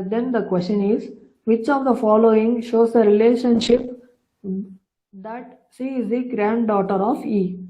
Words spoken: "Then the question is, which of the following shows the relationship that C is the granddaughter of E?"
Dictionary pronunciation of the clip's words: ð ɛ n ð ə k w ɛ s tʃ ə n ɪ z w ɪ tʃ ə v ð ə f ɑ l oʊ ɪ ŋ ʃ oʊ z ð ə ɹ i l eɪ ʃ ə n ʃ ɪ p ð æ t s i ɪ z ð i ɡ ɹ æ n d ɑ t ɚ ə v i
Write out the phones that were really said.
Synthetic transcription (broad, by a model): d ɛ n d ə k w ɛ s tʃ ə n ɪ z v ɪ tʃ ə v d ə f ɑ l oʊ ɪ ŋ ʃ oʊ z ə ɹ i l eɪ ʃ ə n ʃ ɪ p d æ t ʃ i ɪ z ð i ɡ ɹ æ n d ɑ t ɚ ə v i